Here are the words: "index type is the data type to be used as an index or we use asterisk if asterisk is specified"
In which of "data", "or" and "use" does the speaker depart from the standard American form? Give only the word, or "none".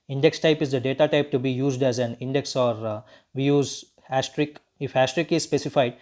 none